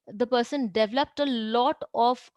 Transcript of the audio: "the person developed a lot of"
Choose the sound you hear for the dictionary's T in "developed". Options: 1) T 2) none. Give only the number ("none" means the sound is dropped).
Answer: 1